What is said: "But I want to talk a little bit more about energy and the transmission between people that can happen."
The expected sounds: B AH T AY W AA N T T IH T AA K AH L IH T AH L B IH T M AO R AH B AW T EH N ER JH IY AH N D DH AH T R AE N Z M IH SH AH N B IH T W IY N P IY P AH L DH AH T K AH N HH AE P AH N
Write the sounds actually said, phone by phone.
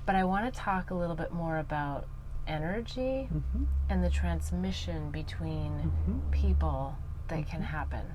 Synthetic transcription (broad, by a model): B AH T AY W AA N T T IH T AA K AH L IH T L B IH T M AO R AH B AW T EH N ER JH IY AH N DH AH T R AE N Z M IH SH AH N B IH T W IY N P IY P L DH AH T K AH N HH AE P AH N